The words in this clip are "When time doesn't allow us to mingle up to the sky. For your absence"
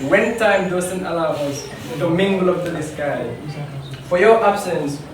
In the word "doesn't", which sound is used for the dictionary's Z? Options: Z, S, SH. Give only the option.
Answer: S